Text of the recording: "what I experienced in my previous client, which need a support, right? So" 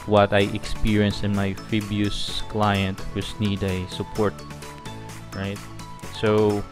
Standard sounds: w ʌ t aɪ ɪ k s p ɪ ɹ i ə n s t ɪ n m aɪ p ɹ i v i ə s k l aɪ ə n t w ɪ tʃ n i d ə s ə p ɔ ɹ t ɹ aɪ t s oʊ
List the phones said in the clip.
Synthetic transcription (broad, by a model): w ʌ t aɪ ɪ k s p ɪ ɹ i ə n s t ɪ n m aɪ f ɹ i b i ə s k l aɪ ə n t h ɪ s n i d ə s ə p ɔ ɹ t ɹ aɪ t s oʊ